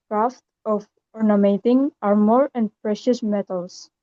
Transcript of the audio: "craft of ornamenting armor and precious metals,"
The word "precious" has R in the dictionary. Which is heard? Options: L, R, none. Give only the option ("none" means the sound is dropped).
R